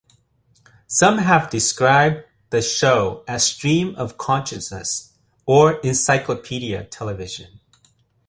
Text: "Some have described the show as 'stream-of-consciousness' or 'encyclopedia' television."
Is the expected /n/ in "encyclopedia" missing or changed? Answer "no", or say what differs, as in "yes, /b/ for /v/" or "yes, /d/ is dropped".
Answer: no